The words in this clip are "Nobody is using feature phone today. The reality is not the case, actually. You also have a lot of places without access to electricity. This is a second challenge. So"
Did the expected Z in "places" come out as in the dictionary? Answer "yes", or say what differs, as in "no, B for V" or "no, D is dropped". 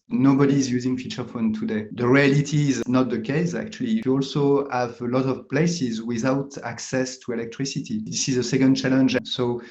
yes